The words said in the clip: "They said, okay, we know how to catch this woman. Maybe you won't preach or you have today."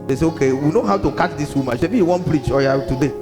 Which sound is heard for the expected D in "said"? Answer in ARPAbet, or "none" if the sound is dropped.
none